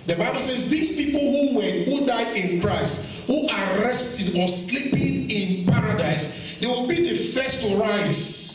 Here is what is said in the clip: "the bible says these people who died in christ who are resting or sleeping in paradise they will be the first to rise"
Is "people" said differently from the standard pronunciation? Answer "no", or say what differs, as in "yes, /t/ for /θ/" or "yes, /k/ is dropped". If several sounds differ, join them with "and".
yes, /w/ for /l/